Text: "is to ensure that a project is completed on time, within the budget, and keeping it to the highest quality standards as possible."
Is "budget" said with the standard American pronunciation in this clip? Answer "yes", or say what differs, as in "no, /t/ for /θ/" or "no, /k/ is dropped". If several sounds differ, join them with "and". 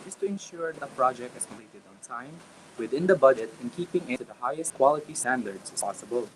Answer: yes